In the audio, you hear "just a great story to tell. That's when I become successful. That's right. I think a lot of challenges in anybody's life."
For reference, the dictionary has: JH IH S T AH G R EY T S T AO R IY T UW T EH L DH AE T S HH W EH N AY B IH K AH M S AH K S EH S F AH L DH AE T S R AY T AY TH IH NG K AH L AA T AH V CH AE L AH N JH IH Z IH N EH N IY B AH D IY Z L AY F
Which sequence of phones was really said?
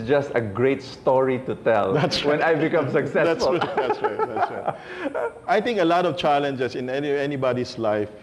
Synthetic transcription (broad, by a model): JH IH S T AH G R EY T S T AO R IY T UW T EH L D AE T S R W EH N AY B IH K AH M S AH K S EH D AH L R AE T S R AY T AY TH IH NG K AH L AA T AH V CH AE L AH N JH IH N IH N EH N IY B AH D IY S L AY F